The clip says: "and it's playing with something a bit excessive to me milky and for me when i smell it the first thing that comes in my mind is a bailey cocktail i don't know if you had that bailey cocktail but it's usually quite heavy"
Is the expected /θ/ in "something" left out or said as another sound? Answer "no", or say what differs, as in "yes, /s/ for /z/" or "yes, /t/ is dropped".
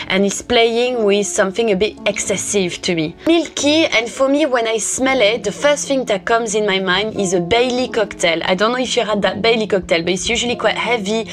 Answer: no